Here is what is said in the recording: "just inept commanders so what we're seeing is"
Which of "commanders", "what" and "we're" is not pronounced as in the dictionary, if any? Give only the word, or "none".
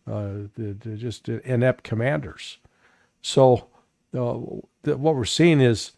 none